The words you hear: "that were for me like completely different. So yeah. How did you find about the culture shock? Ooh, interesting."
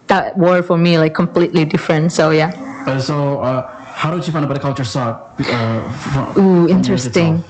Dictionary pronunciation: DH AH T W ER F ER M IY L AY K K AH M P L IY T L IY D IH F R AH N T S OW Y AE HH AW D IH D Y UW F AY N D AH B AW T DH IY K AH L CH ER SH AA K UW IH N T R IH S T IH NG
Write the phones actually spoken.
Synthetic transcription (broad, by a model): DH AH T W ER F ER M IY L AY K K AH M P L IY T L IY D IH F R AH N T S OW Y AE HH AW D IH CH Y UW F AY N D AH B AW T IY K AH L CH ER S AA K UW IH N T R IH S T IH NG